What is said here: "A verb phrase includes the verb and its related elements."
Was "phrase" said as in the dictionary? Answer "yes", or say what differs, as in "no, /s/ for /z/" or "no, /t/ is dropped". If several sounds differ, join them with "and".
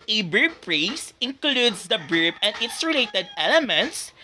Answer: no, /p/ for /f/ and /s/ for /z/